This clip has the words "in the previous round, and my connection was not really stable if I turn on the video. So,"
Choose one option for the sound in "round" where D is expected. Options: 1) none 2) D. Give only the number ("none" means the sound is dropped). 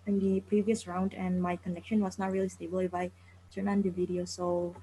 2